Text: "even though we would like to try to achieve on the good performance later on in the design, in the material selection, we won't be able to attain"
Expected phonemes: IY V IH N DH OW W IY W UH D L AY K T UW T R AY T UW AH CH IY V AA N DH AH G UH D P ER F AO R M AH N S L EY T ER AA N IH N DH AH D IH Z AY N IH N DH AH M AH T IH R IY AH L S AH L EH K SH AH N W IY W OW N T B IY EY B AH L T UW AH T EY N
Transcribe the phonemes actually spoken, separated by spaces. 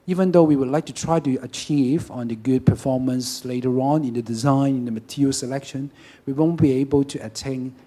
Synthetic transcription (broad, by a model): IY V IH N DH OW W IY W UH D L AY K T UW T R AY T UW AH CH IY V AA N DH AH G UH D P ER F AO R M AH N S L EY T ER AA N IH N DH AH D IH Z AY N IH N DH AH M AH T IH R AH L S AH L EH K SH AH N W IY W OW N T B IY EY B AH L T UW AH T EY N